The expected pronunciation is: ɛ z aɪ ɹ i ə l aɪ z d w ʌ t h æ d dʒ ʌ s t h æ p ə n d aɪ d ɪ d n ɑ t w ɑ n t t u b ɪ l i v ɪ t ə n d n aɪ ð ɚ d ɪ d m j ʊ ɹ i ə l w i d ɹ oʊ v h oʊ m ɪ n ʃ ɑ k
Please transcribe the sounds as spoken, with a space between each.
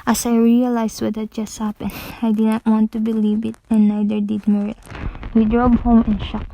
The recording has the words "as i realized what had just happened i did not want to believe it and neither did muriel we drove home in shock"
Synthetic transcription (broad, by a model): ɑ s aɪ ɹ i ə l aɪ s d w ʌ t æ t dʒ ʌ s t h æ p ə n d aɪ d ɪ d n ɑ t w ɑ n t t u b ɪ l i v ɪ t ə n n aɪ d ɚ d ɪ d m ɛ ɹ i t w i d ɹ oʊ b h oʊ m ɪ n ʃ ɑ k